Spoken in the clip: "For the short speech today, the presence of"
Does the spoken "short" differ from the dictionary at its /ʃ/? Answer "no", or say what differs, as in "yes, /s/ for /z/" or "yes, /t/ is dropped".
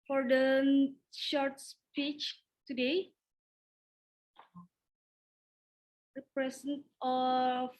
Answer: no